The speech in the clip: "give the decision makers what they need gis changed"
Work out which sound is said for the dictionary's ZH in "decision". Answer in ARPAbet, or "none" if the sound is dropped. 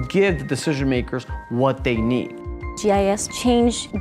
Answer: ZH